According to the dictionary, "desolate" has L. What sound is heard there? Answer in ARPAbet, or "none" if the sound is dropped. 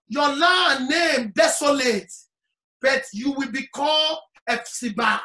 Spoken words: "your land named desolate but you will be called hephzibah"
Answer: L